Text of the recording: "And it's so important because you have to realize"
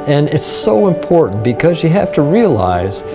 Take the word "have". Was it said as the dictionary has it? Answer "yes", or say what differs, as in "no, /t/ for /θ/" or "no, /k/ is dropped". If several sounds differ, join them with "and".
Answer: no, /f/ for /v/